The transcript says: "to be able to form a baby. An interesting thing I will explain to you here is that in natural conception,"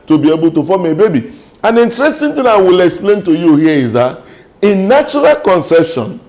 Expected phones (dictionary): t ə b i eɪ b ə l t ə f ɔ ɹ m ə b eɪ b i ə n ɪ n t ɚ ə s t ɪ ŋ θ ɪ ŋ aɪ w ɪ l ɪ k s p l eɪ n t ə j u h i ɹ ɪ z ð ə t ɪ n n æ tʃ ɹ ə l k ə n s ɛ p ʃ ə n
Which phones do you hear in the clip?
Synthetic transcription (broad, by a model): t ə b i eɪ b ə l t ə f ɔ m ə b eɪ b i ə n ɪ n t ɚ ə s t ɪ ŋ t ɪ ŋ aɪ w ɪ l ɪ k s p l eɪ n t ə j u h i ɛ ɪ z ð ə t ɪ n n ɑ tʃ ɹ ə l k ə n s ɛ p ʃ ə n